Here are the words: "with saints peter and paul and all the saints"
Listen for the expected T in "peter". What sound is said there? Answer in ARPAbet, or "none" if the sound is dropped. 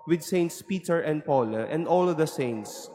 T